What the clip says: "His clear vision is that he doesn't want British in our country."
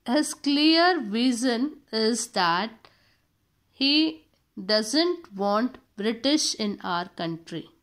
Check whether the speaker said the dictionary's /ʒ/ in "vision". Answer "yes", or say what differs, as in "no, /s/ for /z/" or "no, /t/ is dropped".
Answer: no, /z/ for /ʒ/